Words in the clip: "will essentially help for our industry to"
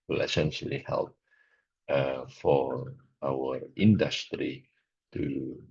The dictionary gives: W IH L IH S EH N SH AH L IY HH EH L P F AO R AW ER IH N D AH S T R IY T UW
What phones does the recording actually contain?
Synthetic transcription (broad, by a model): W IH L IH S EH N SH AH L IY HH EH L P F AO R AW ER IH N D AH S T R IY T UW